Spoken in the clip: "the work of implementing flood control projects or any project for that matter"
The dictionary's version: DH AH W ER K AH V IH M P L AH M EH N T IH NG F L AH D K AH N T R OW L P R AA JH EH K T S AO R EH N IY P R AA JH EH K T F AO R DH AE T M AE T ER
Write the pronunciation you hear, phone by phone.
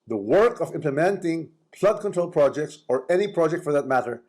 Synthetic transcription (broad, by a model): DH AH W ER K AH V IH M P L AH M EH N T IH NG P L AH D K AH N T R OW L P R AA JH EH K T S AO R EH N IY P R AA JH EH K T F AO R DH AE T M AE T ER